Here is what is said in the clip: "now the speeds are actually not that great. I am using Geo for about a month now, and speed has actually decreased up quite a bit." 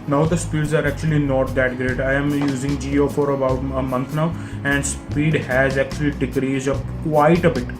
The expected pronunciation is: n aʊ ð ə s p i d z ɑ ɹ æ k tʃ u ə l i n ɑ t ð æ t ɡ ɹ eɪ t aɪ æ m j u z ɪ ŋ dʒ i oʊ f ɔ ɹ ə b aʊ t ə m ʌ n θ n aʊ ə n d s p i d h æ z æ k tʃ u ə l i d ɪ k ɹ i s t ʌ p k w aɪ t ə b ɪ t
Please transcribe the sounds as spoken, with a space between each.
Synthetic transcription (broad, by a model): n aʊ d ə s p i d z ɑ ɹ æ k tʃ u ə l i n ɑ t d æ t ɡ ɹ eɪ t aɪ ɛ m j u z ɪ ŋ dʒ i oʊ f ɔ ɹ ə b aʊ t ə m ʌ n t n aʊ ə n d s p i d h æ z æ k tʃ u ə l i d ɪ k ɹ i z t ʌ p k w aɪ t ə b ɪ t